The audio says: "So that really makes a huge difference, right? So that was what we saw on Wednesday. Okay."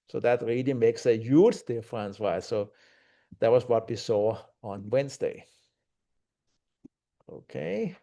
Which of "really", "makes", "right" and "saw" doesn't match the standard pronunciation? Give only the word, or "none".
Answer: right